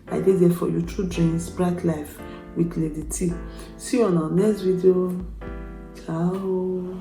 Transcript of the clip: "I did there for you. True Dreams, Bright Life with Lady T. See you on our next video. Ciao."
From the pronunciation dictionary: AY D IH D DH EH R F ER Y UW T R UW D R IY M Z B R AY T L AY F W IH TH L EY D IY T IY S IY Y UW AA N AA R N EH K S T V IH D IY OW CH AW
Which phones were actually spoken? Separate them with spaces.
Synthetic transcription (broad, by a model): AY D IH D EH F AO Y UW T UW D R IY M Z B R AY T L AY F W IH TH L EY D IY T IY S IY AA N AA N EH K S T V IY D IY OW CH AW